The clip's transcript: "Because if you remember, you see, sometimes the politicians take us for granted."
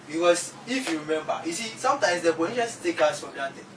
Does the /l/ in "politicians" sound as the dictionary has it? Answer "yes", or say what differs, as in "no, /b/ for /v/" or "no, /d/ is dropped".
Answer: no, /l/ is dropped